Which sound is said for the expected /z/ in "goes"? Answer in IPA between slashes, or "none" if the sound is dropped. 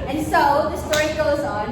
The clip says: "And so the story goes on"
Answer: /z/